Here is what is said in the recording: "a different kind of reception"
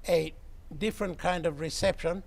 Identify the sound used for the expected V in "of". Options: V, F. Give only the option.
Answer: V